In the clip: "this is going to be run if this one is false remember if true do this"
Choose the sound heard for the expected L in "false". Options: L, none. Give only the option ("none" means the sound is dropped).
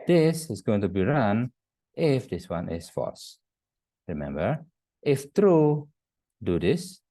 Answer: none